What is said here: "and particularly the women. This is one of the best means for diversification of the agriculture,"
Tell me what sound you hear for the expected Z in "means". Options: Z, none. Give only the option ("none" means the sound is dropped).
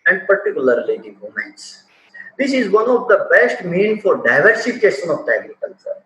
none